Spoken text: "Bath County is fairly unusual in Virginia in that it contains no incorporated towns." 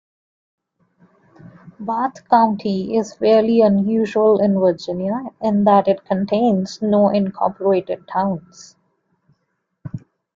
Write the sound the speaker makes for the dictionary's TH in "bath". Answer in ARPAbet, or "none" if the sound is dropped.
T